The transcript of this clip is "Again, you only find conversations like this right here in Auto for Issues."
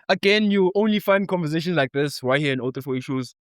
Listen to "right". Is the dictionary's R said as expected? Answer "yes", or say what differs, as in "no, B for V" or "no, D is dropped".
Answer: no, W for R